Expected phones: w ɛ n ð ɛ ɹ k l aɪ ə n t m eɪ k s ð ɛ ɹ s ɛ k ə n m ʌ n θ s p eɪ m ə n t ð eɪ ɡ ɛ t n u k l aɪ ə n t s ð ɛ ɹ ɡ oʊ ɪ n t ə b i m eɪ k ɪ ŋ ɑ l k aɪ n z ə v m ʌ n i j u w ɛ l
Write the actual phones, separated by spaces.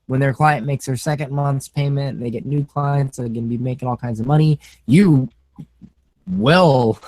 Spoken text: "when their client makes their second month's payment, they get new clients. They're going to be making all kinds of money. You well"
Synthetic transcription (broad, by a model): w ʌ n ð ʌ ɹ k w aɪ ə n m eɪ k s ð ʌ ɹ s ɛ k ə n m ʌ n θ s p eɪ m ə n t ð eɪ ɡ ɛ t n u k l aɪ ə n t s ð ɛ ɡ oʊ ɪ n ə b i m eɪ k ɪ ŋ ɑ l k aɪ n z ə v m ʌ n i j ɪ w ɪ l